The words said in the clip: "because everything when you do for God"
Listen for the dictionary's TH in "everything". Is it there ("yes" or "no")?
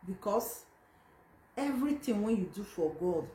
no